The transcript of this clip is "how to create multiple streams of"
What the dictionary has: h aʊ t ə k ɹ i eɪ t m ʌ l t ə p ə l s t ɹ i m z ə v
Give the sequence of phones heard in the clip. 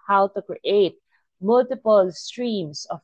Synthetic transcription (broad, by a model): h aʊ t ə k ɹ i eɪ t m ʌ l t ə p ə l s t ɹ i m s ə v